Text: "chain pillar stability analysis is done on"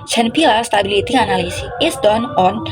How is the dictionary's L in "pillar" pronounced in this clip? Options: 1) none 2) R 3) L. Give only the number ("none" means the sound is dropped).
1